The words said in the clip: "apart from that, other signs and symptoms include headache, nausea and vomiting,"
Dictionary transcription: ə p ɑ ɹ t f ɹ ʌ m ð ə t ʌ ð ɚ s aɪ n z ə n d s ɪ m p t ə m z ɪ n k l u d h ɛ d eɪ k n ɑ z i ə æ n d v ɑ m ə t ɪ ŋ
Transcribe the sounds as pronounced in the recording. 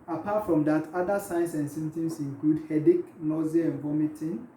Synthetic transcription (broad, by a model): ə p ɑ t f ɹ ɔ m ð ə t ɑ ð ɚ s aɪ n s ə n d s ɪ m t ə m s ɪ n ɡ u d h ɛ d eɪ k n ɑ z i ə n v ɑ m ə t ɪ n